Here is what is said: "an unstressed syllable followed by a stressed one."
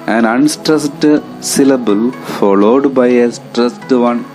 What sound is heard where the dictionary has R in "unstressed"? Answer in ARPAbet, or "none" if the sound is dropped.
R